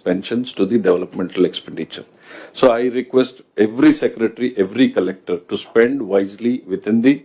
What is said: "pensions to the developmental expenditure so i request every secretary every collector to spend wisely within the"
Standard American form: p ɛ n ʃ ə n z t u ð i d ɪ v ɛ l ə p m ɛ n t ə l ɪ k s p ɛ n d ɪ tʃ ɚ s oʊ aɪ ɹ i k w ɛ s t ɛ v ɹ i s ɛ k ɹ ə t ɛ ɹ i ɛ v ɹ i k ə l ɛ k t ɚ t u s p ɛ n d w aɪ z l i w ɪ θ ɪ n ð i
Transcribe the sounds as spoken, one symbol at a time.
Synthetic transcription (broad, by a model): p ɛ n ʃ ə n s t u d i d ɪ v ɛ l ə p m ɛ n t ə l ɪ k s p ɛ n d ɪ tʃ ɚ s oʊ aɪ ɹ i k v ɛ s t ɛ v ɹ i s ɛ k ɹ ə t ɹ i ɛ v ɹ i k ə l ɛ k t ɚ t u s p ɛ n d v aɪ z l i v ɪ t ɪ n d i